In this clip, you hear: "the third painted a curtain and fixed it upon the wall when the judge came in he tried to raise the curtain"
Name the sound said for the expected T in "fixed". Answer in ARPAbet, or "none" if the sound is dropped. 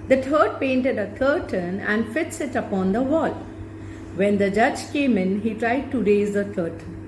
none